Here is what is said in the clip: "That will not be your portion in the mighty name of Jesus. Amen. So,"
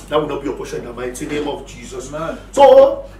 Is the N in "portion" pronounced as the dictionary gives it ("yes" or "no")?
no